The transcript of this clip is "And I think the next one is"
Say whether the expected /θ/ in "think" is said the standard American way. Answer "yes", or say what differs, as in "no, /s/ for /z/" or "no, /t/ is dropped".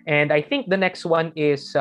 yes